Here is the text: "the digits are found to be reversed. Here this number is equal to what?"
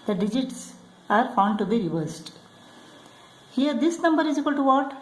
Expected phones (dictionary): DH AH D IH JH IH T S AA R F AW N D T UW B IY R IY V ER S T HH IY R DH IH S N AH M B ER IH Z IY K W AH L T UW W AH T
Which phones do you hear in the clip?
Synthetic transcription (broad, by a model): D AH D IH JH IH T S AA R F AW N D T UW B IY R IY V ER S T HH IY R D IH S N AH M B ER IH Z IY K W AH L T UW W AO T